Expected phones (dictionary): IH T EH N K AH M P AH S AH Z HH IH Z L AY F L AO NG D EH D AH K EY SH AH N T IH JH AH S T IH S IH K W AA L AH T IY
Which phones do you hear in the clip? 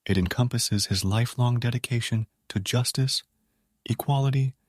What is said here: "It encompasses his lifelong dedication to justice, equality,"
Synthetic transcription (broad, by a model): IH T EH N K AH M P AH S AH Z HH IH Z L AY F L AO NG D EH D AH K EY SH AH N T IH JH AH S T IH S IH K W AA L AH T IY